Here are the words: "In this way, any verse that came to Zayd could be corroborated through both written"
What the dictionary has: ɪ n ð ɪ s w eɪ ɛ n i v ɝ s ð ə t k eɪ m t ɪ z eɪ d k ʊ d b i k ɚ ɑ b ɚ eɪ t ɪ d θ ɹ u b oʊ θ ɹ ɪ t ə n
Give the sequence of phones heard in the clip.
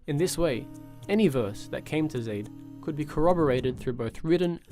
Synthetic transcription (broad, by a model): ɪ n ð ɪ s w eɪ ɛ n i v ɝ s ð ə t k eɪ m t ɪ z eɪ d k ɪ d b i k ɚ ɑ b ɚ eɪ t ɪ d θ ɹ u b oʊ θ ɹ ɪ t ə n